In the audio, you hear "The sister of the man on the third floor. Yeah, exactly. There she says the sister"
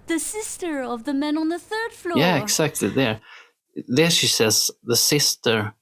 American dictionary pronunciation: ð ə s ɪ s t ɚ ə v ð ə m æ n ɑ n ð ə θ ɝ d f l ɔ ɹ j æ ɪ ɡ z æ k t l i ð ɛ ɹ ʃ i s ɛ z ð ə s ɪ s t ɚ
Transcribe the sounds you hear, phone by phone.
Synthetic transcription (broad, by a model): ð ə s ɪ s t ɚ ə v ð ə m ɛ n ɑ n ð ə θ ɝ d f l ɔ j æ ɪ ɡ s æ k t l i ð ɛ ɹ ʃ i s ɛ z ð ə s ɪ s t ɚ